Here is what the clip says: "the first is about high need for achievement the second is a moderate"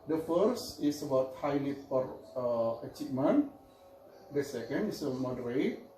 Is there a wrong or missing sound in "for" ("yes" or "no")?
yes